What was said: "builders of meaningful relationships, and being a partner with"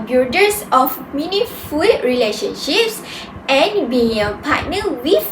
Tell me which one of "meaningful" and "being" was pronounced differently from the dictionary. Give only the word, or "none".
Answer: meaningful